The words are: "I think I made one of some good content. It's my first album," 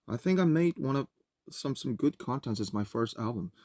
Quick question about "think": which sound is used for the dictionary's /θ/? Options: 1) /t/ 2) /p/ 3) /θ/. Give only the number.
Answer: 3